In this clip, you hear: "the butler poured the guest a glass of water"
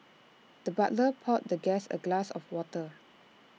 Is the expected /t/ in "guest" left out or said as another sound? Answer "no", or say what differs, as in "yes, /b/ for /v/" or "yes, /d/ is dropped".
yes, /t/ is dropped